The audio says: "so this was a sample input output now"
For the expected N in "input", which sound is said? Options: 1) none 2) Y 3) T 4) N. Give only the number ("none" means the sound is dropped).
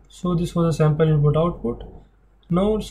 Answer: 1